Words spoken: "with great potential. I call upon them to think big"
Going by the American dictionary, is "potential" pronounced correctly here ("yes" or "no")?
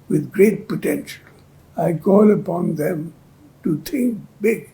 yes